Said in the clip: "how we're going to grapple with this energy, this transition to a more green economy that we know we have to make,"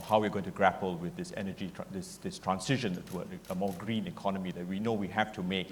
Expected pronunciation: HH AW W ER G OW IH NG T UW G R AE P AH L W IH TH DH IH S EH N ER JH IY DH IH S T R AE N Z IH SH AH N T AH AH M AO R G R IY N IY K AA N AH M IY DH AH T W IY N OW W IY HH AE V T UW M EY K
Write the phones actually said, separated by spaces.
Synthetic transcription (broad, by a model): HH AW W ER G OW IH NG T UW G R AE P AH L W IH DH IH S EH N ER JH IY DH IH S T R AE N S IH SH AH N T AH AH M AO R G R IY N IY K AA N AH M IY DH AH T W IY N OW W IY HH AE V T UW M EY K